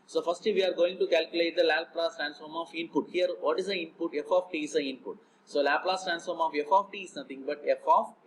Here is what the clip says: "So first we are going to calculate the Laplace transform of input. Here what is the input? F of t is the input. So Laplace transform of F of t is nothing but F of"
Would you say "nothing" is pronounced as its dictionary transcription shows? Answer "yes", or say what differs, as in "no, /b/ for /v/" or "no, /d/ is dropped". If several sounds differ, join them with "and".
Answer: no, /t/ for /θ/